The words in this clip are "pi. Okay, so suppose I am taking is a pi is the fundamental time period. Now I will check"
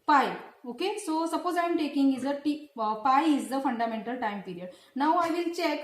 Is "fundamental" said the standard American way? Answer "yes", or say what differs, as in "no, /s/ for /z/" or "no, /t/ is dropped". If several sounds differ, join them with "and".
yes